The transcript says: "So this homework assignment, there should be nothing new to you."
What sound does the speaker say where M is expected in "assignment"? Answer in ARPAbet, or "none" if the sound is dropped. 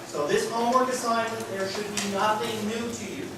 none